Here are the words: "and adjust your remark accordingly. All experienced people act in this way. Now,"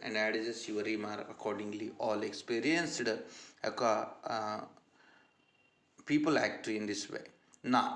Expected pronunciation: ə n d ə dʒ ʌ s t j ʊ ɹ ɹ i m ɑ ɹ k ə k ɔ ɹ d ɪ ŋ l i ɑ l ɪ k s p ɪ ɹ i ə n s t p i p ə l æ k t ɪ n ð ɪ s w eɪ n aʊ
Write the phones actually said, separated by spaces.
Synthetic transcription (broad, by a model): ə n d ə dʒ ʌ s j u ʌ ɹ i m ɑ ɹ ə k ɔ ɹ d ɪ ŋ l i ɑ l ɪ k s p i ɹ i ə n s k p i p ə l æ k t ɪ n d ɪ s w eɪ n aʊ